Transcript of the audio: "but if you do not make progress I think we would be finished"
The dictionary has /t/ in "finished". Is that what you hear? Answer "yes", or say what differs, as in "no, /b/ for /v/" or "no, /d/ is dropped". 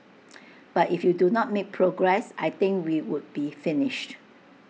yes